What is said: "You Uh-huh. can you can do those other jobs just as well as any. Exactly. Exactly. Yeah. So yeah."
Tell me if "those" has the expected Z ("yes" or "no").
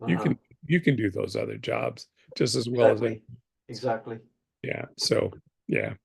yes